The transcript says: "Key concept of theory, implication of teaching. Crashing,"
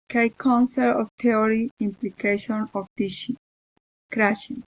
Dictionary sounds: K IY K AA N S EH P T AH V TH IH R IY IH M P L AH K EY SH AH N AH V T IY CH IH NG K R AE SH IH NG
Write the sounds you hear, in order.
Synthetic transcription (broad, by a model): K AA K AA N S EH T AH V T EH R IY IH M P L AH K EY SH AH N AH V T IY SH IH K R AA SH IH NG